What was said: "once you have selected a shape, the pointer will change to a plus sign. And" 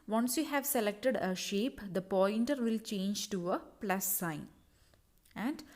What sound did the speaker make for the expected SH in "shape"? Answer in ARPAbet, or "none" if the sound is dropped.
SH